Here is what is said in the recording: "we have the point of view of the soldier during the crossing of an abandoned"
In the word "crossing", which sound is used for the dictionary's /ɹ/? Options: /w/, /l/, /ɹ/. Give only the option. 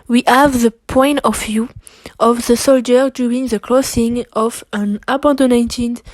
/l/